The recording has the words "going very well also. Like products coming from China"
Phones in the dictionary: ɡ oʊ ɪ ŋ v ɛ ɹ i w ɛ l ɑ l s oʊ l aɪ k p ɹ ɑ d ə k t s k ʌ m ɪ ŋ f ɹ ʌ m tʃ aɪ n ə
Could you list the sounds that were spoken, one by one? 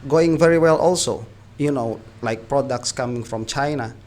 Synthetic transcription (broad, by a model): ɡ oʊ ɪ ŋ v ɛ ɹ i w ɛ l ɑ l s oʊ l aɪ k p ɹ ɑ d ə k t s k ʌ m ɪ ŋ f ɹ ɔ m tʃ aɪ n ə